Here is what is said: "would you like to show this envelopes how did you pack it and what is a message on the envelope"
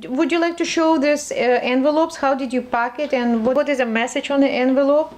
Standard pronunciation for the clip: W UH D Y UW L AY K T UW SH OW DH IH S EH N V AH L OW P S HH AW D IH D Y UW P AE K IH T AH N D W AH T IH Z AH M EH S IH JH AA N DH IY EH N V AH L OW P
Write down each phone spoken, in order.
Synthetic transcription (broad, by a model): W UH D Y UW L AY K T UW SH OW DH IH S EH N V AH L OW P S HH AW D IH D Y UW P AE K IH T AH N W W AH T IH Z AH M EH S IH JH AA N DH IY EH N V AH L OW P